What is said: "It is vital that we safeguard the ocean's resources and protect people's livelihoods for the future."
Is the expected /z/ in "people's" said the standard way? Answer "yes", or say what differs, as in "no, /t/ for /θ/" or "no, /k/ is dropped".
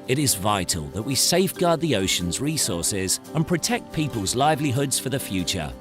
yes